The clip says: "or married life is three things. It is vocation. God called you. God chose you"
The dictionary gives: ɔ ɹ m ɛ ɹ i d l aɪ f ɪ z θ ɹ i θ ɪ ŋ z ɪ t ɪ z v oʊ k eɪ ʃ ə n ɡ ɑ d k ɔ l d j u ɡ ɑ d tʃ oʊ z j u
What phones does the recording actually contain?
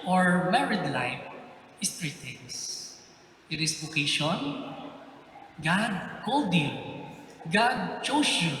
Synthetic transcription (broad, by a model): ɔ ɹ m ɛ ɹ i d l aɪ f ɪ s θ ɹ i t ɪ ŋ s ɪ t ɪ s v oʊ k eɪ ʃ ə n ɡ ɑ d k ɔ l d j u ɡ ɑ d tʃ oʊ s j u